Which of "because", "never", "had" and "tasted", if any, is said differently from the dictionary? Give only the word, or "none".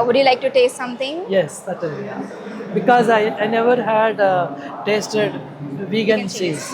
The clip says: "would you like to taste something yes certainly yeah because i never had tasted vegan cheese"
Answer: because